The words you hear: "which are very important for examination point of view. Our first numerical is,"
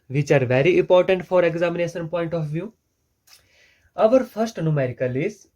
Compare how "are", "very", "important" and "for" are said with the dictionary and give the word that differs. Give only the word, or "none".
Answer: none